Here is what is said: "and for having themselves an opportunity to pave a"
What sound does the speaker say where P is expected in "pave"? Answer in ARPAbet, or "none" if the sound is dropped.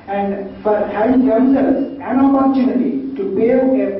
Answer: B